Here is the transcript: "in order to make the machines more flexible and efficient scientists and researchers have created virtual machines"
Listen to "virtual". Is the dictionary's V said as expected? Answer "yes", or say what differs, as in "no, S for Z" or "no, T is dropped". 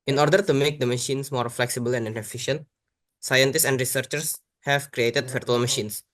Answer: no, F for V